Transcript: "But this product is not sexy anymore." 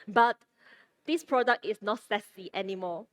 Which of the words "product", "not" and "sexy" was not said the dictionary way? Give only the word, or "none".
sexy